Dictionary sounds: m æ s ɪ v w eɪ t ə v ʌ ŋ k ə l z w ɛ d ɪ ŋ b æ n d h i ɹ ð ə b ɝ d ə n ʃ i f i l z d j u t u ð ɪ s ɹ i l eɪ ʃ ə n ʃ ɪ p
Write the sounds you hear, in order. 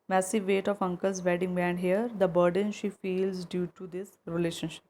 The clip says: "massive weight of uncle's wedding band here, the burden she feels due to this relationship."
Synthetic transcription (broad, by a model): m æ s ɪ v eɪ t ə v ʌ ŋ k ə l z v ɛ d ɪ ŋ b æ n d h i ɹ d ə b ɝ d ə n ʃ i f i l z d j u t u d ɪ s ɹ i l eɪ ʃ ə n ʃ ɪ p